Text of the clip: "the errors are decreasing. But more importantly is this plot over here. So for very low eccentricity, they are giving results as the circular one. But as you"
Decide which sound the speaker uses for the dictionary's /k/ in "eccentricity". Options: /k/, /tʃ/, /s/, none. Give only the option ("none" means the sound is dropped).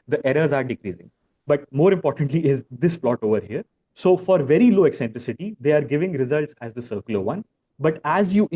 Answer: /k/